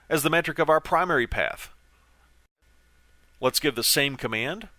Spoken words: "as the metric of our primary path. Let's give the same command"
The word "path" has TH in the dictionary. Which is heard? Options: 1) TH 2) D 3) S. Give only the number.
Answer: 1